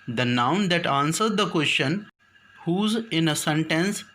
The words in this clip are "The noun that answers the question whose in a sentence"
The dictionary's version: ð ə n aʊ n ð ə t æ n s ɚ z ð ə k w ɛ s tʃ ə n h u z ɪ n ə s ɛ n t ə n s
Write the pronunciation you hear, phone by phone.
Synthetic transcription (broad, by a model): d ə n aʊ n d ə t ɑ n s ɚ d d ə k w ɛ s tʃ ə n h u z ɪ n ə s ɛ n t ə n s